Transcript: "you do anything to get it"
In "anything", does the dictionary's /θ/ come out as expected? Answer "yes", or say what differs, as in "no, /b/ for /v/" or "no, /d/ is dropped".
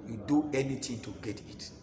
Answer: no, /t/ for /θ/